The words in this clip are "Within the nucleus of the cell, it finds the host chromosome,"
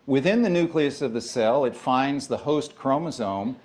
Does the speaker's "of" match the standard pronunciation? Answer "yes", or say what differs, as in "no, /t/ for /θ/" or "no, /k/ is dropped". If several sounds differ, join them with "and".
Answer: yes